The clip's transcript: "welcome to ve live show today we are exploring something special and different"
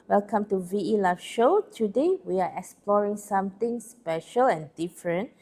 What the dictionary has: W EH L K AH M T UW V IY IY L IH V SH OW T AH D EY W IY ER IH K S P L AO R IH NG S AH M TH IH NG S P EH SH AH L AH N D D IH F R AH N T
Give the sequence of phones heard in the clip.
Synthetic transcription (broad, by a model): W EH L K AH M T UW V IY IY L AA F SH OW T AH D EY W IY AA IH K S P L AO R IH NG S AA M T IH NG S P EH SH AH L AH N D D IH F R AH N T